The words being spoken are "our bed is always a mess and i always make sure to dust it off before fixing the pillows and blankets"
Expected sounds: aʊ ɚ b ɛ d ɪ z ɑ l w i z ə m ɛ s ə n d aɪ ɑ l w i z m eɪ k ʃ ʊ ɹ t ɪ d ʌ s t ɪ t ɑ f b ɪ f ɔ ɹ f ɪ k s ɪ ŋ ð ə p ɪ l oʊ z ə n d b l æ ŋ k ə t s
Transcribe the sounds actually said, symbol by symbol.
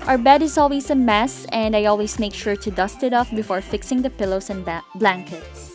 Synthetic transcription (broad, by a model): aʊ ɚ b ɛ d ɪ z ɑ l w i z ə m ɛ s ə n d aɪ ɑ l w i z m eɪ k ʃ ʊ ɹ t ɪ d ʌ s t ɪ t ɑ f b ɪ f ɔ ɹ f ɪ k s ɪ ŋ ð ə p ɪ l oʊ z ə n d b l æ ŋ k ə t s